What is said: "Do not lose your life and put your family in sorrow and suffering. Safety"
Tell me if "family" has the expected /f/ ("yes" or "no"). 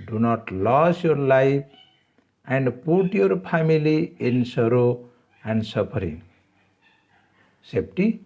no